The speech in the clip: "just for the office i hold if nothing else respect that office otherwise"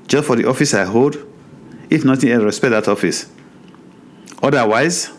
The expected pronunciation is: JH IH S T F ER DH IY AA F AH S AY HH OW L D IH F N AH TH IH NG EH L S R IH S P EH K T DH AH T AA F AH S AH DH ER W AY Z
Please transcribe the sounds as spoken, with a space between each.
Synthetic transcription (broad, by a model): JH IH S T F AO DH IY AA F AH S AY HH OW L D IH F N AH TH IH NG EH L R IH S P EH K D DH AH T AA F AH S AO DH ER W AY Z